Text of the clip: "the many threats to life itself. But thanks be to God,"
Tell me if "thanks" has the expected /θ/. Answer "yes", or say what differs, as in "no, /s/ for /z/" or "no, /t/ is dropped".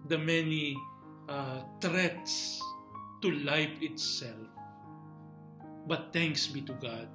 no, /t/ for /θ/